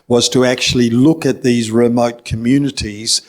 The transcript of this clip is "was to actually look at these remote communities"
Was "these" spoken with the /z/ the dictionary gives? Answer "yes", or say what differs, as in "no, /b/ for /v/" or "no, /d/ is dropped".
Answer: yes